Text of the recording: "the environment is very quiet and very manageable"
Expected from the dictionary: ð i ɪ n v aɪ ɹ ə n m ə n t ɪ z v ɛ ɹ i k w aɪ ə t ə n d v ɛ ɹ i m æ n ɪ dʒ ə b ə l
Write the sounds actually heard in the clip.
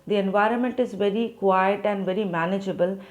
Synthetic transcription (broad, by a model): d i ɪ n v aɪ ɹ ə n m ə n t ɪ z v ɛ ɹ i k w aɪ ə t ə n d v ɛ ɹ i m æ n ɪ dʒ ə b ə l